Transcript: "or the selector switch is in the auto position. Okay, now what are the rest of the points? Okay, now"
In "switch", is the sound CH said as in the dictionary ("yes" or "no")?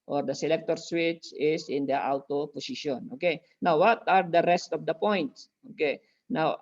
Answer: yes